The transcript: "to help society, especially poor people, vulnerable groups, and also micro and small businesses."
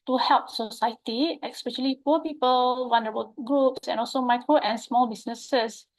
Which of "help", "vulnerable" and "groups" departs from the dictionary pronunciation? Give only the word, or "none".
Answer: vulnerable